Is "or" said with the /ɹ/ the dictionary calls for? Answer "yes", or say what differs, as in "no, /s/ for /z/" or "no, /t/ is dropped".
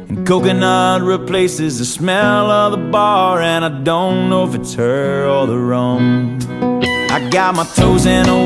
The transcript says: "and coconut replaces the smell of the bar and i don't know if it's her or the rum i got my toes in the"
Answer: no, /l/ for /ɹ/